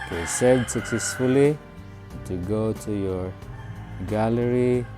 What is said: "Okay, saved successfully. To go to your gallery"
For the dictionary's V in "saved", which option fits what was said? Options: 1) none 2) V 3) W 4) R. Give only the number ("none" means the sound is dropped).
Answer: 1